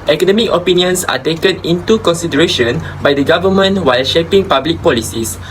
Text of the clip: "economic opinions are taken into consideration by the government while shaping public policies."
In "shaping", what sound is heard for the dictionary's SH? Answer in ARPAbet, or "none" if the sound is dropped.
SH